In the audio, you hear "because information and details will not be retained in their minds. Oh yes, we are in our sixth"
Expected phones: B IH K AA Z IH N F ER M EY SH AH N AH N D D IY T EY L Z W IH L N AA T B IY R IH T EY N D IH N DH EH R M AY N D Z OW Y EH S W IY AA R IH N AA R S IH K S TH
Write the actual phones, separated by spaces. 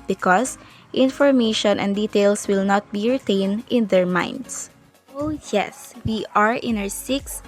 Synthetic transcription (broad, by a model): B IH K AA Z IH N F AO M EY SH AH N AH N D D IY T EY L S W IH L N AA T B IY R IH T EY N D IH N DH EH R M AY N D S OW Y EH S W IY AA R IH N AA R S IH K S